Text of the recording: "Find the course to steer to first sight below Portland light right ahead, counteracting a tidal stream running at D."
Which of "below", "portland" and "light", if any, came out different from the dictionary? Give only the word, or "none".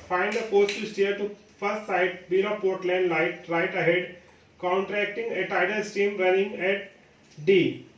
below